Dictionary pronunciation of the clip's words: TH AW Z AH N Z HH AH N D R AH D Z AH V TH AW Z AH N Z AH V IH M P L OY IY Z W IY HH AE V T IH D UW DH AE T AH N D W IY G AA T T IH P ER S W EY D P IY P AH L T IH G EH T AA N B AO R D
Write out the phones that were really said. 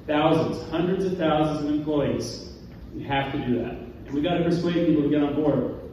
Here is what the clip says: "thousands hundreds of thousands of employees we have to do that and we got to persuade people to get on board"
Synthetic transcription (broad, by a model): TH AW Z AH N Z HH AH N D R AH D Z AH V TH AW Z AH N Z AH V IH M P L OY IY Z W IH HH AE F T IH D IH DH AE T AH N W IY G AA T T IH P ER S W EY D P IY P L T IH G EH T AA N B AO R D